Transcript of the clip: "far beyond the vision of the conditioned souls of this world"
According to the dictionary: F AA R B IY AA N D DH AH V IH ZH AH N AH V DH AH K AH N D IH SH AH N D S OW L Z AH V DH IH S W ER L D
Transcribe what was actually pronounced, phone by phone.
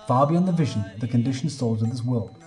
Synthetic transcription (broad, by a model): F AA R B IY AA N DH AH V IH ZH AH N AH V DH AH K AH N D IH SH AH N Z S OW L Z AH V DH IH S W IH L